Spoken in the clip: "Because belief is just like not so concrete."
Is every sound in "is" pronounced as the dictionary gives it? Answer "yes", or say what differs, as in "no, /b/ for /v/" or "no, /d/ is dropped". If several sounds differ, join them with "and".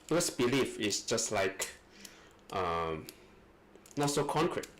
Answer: no, /s/ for /z/